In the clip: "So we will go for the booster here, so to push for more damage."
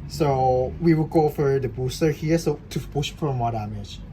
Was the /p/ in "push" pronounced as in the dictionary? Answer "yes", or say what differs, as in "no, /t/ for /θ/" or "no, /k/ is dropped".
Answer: no, /b/ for /p/